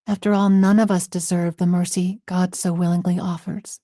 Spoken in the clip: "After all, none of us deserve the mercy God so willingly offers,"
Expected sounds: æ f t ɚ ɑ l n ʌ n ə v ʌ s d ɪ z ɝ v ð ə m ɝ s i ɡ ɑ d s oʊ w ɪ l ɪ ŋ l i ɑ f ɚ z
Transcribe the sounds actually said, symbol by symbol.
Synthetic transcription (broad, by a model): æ f t ɚ ɑ l n ʌ n ə v ʌ s d ɪ z ɝ v ð ə m ɝ s i ɡ ɑ d s oʊ w ɪ l ɪ ŋ l i ɑ f ɚ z